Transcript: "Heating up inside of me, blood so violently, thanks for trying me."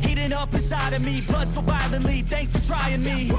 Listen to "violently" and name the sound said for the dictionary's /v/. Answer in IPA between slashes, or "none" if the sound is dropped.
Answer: /b/